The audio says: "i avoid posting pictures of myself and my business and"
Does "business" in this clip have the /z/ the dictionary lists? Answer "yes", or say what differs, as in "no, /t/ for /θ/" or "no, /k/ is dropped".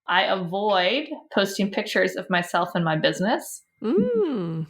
yes